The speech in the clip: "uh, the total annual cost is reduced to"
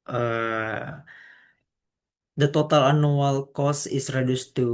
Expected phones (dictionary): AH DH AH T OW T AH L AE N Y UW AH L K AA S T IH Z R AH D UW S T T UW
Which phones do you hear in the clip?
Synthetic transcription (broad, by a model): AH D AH T OW T AH L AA N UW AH L K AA S IH S R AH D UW S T T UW